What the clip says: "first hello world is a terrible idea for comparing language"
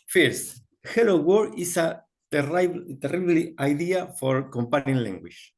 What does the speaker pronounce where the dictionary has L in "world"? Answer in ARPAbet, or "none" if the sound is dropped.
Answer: none